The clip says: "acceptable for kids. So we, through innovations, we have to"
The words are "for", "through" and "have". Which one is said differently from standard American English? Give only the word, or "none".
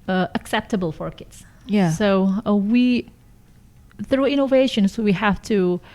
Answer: have